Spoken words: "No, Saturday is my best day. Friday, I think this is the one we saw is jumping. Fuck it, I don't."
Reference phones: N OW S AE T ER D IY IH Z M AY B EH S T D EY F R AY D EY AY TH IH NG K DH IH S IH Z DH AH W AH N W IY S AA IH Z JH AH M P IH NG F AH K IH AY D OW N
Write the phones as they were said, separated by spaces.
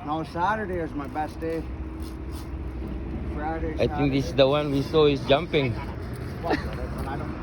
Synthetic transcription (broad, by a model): N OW S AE T ER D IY IH Z M AY B EH S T D EY F R AY D EY AY T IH NG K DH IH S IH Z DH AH W AH N W IY S AA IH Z JH AH M P IH NG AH IH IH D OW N